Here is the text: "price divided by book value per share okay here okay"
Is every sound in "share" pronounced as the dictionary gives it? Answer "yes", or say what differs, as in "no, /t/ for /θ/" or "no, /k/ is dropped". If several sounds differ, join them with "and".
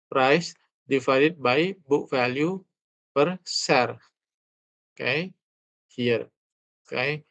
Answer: no, /s/ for /ʃ/